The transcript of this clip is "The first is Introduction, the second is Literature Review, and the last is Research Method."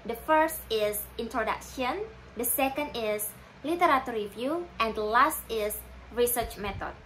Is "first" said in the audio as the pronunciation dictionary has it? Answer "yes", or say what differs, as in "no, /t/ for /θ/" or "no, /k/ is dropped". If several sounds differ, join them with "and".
yes